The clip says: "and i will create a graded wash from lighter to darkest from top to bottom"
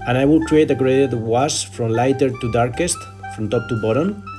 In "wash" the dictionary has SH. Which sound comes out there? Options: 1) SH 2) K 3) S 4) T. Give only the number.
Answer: 3